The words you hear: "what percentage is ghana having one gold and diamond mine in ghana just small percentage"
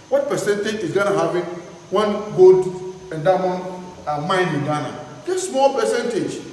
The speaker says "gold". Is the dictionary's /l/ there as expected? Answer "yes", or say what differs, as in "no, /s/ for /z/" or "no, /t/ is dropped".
no, /l/ is dropped